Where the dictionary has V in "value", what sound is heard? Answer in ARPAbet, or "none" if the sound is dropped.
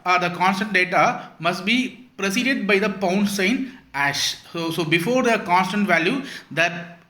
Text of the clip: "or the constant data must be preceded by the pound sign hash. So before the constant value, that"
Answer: V